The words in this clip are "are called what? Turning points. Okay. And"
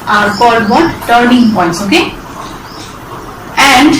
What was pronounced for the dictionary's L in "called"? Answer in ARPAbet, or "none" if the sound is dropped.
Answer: none